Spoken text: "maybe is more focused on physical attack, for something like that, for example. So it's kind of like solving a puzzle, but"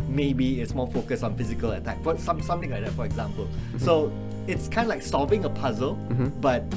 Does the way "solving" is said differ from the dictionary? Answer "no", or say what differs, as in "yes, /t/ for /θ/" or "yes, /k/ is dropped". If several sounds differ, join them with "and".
yes, /l/ is dropped